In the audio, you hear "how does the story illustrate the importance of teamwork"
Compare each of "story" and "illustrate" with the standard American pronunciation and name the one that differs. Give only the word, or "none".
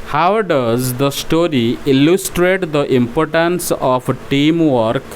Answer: none